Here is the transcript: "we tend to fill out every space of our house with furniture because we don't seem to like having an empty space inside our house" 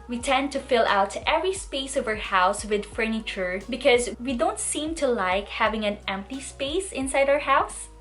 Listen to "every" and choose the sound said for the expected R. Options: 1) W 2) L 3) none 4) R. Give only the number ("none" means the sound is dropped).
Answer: 4